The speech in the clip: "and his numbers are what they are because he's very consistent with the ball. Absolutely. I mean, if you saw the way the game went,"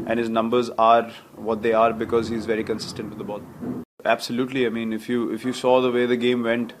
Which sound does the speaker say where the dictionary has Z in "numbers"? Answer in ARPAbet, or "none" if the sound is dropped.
Z